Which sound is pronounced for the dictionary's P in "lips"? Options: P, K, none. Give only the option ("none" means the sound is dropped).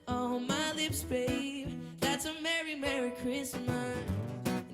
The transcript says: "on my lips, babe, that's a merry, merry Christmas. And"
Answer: P